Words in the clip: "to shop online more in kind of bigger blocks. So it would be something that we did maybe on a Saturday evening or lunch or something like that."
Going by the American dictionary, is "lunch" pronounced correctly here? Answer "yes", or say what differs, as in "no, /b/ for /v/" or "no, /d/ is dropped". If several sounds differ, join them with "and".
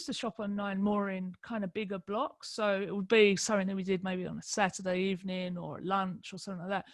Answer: yes